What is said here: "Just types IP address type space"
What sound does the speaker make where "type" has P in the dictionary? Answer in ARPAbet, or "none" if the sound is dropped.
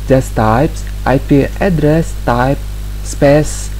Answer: P